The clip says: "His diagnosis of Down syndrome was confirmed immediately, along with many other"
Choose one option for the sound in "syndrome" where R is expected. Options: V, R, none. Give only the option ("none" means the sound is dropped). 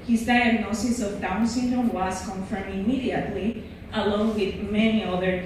none